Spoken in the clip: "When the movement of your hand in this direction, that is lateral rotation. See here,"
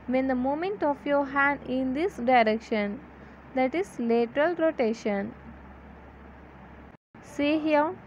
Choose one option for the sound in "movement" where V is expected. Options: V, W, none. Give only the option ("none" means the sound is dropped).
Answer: none